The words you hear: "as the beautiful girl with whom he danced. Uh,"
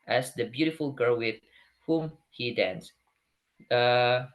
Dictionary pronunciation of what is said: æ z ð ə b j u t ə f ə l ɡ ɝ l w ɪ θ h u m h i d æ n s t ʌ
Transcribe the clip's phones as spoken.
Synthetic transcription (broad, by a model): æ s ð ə b j u t ə f ə l ɡ ɝ l w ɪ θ h u m h i d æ n s ʌ